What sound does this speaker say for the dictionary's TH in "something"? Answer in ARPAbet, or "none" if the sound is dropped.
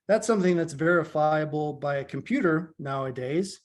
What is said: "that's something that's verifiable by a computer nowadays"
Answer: TH